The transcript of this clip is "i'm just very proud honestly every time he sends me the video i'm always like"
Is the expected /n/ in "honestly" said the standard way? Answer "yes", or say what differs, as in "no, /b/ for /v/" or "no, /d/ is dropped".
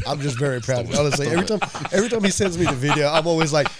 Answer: no, /l/ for /n/